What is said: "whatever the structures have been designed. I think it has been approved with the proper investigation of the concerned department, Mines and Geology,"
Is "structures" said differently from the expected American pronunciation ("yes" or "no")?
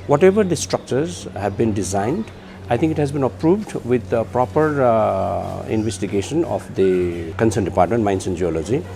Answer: no